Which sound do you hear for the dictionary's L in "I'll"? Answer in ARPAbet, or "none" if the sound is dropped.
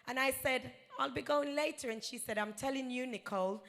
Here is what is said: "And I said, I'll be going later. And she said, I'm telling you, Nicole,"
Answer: L